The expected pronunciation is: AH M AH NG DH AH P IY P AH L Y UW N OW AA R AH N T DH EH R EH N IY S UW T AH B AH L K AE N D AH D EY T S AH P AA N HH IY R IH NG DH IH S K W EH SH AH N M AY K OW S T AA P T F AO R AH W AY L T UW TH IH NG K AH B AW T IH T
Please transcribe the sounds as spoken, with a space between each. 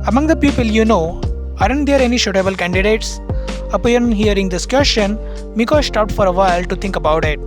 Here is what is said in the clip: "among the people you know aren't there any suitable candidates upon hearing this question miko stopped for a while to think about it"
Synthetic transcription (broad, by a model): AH M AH NG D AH P IY P AH L Y UW N OW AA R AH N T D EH R EH N IY SH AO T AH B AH L K AE N D AH D EY T S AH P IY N HH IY R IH NG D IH S K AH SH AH N M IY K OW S T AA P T F AO R AH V AY L T UW T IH NG K AH B AW T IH T